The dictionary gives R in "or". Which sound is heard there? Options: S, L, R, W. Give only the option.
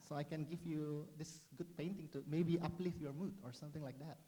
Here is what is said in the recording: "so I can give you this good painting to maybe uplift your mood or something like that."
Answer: R